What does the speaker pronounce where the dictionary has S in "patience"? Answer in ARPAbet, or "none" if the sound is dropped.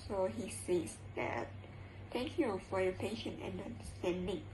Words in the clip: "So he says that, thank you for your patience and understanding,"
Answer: none